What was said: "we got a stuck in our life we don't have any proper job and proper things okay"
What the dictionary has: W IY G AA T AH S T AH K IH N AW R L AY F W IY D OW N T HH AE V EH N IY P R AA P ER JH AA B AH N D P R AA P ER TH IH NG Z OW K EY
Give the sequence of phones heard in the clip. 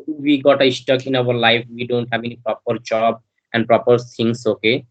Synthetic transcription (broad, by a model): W IY G AA T AH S T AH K IH N AW R L AY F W IY D OW N T HH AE B EH N IY P R AA P ER JH AA B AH N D P R AA P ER T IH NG S OW K EY